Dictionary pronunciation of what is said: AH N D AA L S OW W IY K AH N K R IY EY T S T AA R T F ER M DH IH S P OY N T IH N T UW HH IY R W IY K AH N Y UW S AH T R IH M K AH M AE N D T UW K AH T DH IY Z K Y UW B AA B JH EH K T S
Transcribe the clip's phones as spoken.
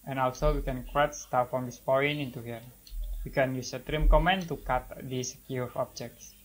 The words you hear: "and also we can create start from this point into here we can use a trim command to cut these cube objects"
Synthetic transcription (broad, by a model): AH N AA L S OW W IY K AH N K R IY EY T S T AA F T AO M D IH S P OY N IH N T UW HH IY R W IY K AH N Y UW S AH T R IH M K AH M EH N T UW K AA T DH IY S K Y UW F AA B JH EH K T S